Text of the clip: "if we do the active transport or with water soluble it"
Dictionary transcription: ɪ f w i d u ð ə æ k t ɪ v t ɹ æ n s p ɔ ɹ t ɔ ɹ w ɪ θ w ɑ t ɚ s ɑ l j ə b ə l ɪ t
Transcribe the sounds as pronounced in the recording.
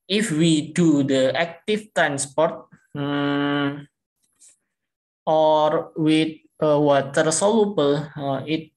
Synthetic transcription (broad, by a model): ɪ f w i d u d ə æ k t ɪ f t ɹ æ n s p ɔ ɹ t ɔ ɹ w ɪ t w ɑ t ɚ s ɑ l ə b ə l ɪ t